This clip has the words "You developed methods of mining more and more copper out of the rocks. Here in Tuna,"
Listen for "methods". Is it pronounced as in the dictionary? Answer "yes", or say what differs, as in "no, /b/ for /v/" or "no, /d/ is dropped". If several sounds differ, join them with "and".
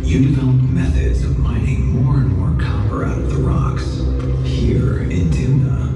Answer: yes